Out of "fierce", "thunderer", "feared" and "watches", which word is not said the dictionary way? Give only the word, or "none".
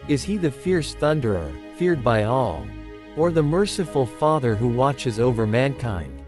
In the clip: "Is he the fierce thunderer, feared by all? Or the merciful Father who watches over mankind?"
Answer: none